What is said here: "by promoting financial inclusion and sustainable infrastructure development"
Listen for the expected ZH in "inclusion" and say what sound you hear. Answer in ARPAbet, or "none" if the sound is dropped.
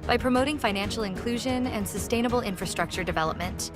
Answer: ZH